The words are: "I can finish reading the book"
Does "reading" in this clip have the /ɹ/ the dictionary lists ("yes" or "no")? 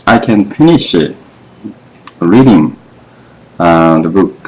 yes